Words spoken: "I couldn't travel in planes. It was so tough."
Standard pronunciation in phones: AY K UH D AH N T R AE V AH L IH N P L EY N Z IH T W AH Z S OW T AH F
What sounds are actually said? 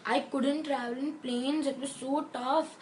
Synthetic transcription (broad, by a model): AY K UH D AH N T R AE V AH L IH N P L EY N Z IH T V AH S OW T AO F